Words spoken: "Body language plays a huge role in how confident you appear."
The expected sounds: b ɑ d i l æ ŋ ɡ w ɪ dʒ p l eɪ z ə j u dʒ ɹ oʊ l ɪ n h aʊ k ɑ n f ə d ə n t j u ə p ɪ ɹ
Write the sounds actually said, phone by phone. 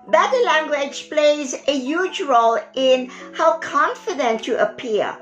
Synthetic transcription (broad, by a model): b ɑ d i l æ ŋ ɡ w ɪ dʒ p l eɪ z ə j u dʒ ɹ oʊ l ɪ n h aʊ k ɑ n f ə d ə n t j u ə p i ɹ